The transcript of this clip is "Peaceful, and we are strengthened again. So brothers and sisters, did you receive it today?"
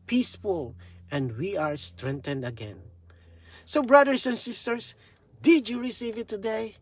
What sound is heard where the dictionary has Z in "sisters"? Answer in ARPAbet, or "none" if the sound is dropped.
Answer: S